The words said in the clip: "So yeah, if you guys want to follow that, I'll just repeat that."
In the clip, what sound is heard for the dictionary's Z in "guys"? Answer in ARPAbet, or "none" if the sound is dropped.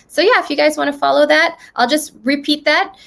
Z